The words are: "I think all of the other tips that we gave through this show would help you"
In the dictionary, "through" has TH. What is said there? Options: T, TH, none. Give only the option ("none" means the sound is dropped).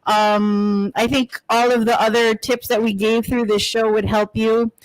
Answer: TH